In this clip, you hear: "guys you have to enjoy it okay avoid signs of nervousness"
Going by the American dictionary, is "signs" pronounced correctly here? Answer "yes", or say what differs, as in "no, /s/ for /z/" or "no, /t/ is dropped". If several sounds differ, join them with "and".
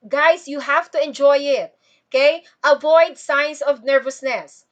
no, /s/ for /z/